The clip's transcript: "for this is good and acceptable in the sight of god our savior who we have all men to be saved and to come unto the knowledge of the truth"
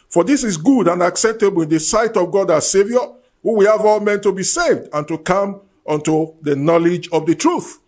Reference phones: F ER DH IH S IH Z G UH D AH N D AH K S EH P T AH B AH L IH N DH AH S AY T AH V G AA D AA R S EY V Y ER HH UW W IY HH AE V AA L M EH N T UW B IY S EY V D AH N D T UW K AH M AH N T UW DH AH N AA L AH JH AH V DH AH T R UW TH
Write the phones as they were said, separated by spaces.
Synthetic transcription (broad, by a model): F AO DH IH S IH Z G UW D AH N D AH K S EH P T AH B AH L IH N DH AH S AY T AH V G AA D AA S EY V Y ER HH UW W IY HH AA V AA L M EH N T UW B IY S EY V D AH N T UW K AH M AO N T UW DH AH N AA L AH JH AH V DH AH T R UW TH